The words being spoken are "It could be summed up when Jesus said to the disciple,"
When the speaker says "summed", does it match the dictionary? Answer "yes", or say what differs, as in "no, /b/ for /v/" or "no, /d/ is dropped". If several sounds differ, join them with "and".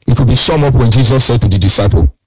no, /d/ is dropped